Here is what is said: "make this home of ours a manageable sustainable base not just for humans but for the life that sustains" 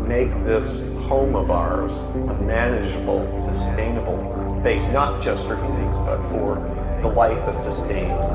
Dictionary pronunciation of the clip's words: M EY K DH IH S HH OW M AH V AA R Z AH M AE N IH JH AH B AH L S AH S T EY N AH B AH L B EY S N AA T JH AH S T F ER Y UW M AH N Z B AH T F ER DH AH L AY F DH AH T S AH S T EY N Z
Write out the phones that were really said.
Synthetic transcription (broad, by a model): M EY K DH IH S HH OW M AH V AA R Z AH M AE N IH JH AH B L S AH S T EY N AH B L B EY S N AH T JH AH S T F ER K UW AH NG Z B AH T F ER DH AH L AY F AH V S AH S T EY N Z